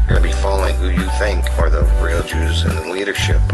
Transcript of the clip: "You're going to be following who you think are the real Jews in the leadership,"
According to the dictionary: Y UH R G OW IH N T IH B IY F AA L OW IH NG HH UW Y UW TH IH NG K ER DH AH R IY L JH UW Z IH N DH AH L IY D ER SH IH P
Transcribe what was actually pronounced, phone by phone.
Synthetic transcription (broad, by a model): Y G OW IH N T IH B IY F AA L OW IH NG HH UW Y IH TH IH NG K ER DH AH R IY L JH UW Z IH N DH AH L IY D ER SH IH P